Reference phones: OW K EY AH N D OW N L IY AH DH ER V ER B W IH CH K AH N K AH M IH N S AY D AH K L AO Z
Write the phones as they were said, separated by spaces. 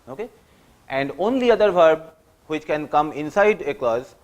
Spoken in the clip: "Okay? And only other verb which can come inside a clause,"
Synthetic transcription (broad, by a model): OW K EY AH N D OW N L IY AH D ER V ER B W IH CH K AH N K AH M IH N S AY D AH K L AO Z